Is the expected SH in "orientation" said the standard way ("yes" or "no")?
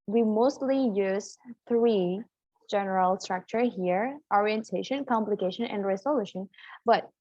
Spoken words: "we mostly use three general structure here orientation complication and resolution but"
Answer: yes